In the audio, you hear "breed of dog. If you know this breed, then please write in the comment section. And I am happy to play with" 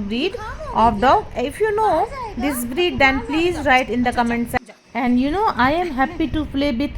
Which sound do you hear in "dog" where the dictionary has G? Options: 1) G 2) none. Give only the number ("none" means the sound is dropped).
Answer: 2